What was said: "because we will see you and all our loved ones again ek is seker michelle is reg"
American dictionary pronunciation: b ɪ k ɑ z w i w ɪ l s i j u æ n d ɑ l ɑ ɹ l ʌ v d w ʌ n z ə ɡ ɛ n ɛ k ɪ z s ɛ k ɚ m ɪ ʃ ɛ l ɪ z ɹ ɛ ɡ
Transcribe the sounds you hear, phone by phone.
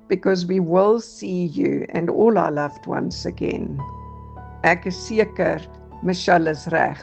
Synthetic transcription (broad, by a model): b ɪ k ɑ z w i w ɪ l s i j u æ n d ɑ l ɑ l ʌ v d w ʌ n s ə ɡ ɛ n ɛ k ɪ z s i k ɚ m ɪ ʃ ɛ l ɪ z ɹ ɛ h